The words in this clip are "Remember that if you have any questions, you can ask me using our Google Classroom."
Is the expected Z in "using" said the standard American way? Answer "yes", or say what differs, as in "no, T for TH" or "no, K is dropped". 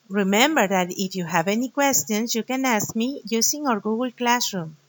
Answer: no, S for Z